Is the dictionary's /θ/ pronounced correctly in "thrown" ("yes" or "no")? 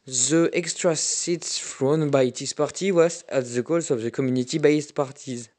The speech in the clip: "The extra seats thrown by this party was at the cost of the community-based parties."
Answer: no